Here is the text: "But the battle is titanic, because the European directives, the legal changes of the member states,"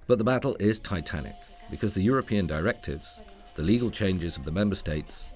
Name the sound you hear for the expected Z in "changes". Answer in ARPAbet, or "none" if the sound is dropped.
Z